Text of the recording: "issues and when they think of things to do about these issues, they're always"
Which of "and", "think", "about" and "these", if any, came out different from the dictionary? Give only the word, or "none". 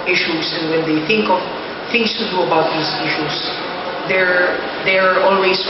these